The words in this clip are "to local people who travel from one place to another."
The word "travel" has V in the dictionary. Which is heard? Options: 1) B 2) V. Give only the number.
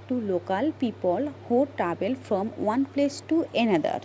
1